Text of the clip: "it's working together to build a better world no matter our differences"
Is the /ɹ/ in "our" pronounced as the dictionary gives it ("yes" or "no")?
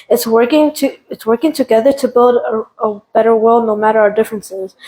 yes